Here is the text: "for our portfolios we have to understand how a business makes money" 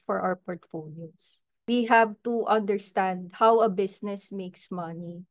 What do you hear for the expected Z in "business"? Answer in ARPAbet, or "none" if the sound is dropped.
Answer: S